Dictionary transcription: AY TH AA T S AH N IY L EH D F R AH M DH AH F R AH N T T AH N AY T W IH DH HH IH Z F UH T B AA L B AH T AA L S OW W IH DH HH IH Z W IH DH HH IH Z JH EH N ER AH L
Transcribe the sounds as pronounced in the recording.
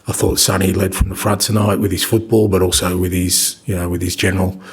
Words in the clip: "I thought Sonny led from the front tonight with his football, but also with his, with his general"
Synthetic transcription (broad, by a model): AY TH AA T S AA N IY L EH D F R AH M DH AH F R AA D T AH N AY T W IH DH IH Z F UH T B AA L B AH T AA L S OW W IH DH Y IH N W IH DH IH Z JH EH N ER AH L